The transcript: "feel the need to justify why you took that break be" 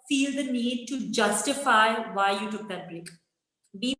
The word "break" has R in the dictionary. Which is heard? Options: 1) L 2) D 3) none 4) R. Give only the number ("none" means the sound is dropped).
1